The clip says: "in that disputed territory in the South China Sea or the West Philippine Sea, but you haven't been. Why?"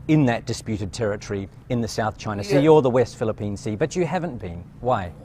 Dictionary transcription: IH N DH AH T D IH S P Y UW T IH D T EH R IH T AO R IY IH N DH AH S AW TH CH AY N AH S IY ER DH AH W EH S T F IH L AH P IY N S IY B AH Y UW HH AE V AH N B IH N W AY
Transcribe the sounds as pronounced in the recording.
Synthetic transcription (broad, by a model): IH N DH AH T D IH S P Y UW T IH D T EH R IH T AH R IY IH N DH AH S AW TH CH AY N AH S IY ER DH AH W EH S T F IH L AH P IY N S IY B AH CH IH HH AE V AH N B IH N W AY